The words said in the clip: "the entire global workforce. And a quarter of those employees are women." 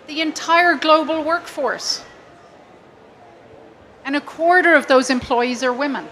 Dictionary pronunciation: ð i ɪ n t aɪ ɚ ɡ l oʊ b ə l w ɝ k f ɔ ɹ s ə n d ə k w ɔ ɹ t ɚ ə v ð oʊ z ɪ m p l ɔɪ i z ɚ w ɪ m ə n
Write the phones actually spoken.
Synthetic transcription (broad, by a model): ð i ɪ n t aɪ ɚ ɡ l oʊ b ə l w ɝ k f ɔ ɹ s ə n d ə k w ɔ ɹ t ɚ ə v ð oʊ z ɪ m p l ɔɪ i z ɚ w ɪ m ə n